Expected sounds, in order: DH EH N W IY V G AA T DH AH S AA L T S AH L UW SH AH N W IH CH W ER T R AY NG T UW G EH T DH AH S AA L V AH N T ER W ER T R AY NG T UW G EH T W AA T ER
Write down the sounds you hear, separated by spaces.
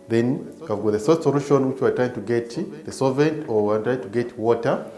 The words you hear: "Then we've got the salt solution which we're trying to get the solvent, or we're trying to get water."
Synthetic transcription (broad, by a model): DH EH N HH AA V G AA T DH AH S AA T S AH L UW SH AH N W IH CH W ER T R AY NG T UW G EH T DH AH S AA V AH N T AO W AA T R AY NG T UW G EH T W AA T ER